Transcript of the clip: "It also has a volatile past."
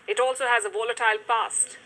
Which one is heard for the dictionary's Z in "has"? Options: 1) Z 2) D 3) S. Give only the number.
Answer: 1